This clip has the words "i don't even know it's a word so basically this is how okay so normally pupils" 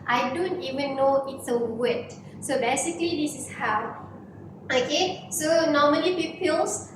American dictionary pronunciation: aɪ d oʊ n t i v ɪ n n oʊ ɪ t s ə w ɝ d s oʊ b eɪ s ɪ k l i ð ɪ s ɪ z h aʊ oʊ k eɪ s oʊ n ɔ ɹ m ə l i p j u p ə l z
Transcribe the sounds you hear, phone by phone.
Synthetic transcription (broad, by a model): aɪ d oʊ n t i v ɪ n n oʊ ɪ t s ə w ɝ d s oʊ b eɪ s ɪ k l i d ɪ s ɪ s h aʊ oʊ k eɪ s oʊ n ɔ m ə l i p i p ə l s